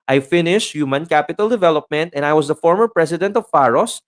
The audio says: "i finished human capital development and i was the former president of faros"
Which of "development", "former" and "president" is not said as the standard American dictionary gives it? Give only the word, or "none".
president